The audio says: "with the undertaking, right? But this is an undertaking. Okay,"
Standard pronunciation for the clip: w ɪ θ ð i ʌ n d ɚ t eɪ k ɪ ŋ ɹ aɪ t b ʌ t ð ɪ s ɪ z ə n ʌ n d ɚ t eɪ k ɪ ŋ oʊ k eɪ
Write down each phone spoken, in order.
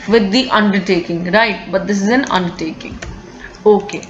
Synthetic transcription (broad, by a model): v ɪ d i ʌ n d ɚ t eɪ k ɪ ŋ ɹ aɪ t b ʌ t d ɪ s ɪ z ə n ʌ n d ɚ t eɪ k ɪ ŋ oʊ k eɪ